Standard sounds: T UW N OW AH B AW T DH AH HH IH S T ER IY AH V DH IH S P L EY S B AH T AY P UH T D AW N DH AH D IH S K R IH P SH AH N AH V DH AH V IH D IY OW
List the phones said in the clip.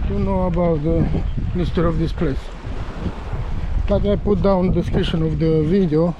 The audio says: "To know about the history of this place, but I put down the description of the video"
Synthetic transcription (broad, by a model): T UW N OW AH B AW T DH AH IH S T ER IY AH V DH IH S P L EY S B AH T AY P UH T D AW N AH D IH S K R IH SH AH N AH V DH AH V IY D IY OW